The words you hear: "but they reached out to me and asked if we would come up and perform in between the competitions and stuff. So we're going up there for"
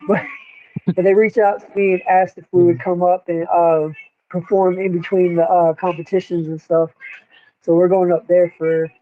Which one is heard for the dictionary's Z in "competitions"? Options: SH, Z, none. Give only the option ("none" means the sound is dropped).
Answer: Z